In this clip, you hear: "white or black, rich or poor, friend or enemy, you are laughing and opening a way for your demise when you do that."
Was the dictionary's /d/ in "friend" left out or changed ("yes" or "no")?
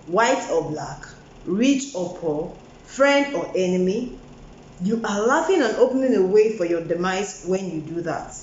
no